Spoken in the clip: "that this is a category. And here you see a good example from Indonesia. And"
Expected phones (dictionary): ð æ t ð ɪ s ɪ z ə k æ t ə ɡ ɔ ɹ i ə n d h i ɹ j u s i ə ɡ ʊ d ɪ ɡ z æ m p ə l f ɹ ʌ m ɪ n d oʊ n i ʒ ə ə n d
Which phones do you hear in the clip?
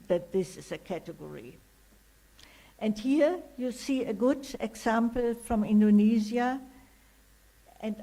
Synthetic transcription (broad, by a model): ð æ t ð ɪ s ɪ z ə k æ t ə ɡ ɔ ɹ i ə n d h i ɹ j u s i ə ɡ ʊ d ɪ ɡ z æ m p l f ɹ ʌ m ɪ n d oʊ n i z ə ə n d